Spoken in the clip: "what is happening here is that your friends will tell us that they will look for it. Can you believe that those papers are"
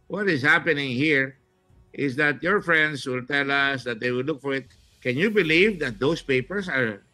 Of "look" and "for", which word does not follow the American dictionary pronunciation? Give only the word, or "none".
none